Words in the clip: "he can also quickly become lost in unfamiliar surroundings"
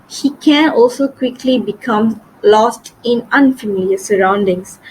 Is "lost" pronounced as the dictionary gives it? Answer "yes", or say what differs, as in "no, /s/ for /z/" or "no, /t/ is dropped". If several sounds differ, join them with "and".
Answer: yes